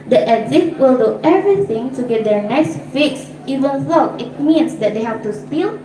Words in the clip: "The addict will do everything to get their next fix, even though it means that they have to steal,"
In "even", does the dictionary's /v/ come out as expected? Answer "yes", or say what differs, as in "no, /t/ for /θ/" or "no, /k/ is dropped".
yes